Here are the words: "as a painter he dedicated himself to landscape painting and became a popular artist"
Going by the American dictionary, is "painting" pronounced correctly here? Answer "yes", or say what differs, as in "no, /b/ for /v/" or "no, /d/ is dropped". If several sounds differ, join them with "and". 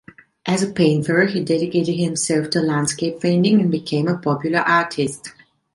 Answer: no, /f/ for /p/